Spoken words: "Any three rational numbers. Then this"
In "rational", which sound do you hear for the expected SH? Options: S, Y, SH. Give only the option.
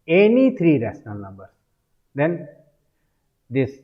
S